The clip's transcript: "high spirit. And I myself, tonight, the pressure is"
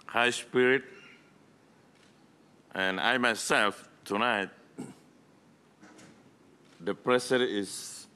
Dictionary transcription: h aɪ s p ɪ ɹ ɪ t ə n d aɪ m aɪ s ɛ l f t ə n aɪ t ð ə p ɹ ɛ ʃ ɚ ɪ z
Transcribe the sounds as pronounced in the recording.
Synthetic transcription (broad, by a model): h aɪ s p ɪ ɹ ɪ t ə n aɪ m aɪ s ɛ l f t ə n aɪ t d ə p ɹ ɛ s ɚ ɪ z